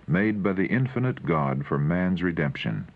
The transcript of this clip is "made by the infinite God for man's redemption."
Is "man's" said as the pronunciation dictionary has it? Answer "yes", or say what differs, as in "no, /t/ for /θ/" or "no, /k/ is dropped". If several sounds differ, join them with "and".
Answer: yes